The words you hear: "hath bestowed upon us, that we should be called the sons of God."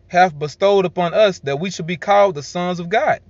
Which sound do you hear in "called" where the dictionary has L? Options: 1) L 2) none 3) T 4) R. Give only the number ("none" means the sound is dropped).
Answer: 1